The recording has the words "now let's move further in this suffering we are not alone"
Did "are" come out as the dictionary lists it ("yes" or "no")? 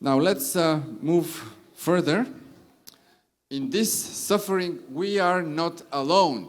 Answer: yes